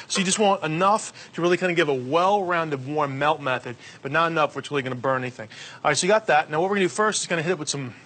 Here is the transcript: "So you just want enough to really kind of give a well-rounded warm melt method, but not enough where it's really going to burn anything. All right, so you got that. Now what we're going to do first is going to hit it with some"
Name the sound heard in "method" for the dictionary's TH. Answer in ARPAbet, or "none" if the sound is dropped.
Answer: TH